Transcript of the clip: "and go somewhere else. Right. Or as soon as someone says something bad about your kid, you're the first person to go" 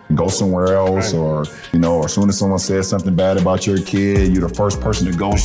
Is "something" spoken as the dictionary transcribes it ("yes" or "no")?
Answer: yes